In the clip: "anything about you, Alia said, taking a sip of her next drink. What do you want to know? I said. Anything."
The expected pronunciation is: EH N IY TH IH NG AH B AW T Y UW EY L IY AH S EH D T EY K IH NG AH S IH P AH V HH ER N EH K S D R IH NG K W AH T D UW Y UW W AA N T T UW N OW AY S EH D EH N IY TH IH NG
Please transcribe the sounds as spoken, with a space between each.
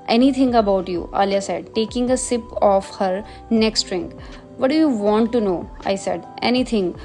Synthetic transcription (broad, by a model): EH N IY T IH NG AH B AW T Y UW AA L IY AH S EH D T EY K IH NG AH S IH P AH F HH ER N EH K S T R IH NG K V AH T D UW Y UW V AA N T T UW N OW AY S EH D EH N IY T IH NG